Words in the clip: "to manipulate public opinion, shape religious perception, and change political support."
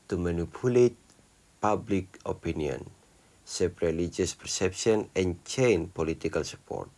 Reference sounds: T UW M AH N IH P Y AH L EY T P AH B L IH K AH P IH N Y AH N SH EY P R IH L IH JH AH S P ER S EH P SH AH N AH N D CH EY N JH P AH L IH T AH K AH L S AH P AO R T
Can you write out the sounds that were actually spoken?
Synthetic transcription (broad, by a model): T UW M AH N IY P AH L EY T P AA B L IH K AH P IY N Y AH N S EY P R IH L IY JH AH S P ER S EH P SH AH N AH N CH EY N P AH L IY T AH K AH L S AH P AO R T